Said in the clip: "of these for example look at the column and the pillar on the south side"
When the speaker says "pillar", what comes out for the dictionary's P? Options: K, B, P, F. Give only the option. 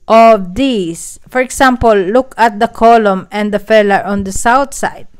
F